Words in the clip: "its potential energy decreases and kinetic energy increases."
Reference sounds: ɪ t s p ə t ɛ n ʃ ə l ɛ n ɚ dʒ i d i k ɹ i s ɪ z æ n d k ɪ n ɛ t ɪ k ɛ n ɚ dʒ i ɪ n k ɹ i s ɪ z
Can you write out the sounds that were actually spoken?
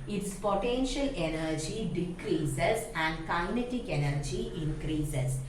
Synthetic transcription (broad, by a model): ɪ t s p ə t ɛ n ʃ ə l ɛ n ɚ dʒ i d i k ɹ i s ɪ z æ n d k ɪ n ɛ t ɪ k ɛ n ɚ dʒ i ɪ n k ɹ i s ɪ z